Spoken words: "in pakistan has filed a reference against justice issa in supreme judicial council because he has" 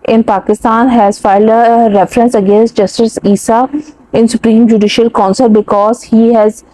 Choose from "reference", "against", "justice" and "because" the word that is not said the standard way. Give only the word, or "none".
none